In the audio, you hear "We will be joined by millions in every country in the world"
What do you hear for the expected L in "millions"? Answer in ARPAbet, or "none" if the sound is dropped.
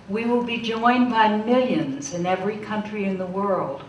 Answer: L